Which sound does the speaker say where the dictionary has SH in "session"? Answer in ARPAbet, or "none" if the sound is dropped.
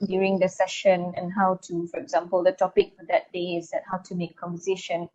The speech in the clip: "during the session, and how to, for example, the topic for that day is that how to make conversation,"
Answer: SH